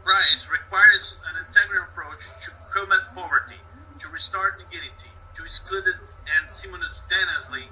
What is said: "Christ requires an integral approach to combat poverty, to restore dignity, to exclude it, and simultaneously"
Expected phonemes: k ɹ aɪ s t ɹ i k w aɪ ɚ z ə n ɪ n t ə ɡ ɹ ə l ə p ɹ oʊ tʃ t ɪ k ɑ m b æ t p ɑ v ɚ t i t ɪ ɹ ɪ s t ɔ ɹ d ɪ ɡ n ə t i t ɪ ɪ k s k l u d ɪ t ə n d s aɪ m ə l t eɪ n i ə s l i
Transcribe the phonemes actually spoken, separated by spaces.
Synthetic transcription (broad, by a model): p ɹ aɪ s ɹ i k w aɪ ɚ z ə n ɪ n t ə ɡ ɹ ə ə p ɹ oʊ tʃ t ɪ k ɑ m æ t p ɑ v ɚ t i t ɪ ɹ ɪ s t ɔ ɹ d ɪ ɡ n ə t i t ɪ ɪ k s k l u d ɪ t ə n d s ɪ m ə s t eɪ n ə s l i